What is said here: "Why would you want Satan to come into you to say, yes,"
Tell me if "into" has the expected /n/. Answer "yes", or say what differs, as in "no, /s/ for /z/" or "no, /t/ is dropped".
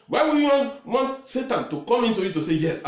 yes